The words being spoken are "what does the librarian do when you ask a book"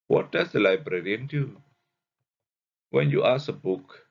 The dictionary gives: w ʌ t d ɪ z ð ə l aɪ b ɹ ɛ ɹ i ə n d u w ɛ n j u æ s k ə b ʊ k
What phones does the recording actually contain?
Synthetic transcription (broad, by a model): w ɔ t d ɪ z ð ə l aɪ b ɹ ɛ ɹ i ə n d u w ɛ n j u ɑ s ə b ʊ k